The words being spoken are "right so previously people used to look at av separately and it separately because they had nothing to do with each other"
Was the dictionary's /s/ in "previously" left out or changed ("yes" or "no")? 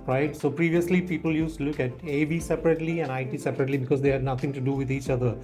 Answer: no